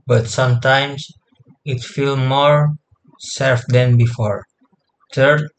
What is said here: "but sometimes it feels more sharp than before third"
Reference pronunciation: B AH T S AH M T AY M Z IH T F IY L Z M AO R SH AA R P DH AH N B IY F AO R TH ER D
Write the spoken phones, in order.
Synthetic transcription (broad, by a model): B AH T S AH M T AY M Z IH T F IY L M AO R S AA R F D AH N B IY F AO R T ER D